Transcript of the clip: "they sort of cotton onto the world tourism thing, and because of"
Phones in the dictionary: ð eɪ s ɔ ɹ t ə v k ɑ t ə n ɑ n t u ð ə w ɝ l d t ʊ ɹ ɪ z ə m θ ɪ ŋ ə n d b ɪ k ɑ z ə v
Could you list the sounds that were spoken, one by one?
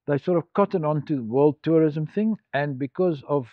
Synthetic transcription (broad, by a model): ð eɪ s ɔ ɹ t ə v k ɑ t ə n ɑ n t u ð ə w ɝ l d t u ɹ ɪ z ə m θ ɪ ŋ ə n b ɪ k ɑ z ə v